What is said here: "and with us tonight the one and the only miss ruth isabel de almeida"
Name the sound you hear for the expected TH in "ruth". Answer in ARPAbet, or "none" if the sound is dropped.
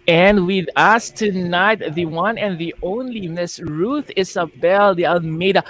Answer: TH